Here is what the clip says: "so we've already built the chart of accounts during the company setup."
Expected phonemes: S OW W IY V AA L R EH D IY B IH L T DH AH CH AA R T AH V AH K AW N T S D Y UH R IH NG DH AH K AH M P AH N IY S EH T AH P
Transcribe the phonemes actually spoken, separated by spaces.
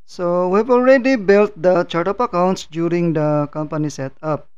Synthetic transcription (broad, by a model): S OW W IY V AA L R EH D IY B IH L T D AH CH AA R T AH P AH K AW N T S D Y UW R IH NG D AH K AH M P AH N IY S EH T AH P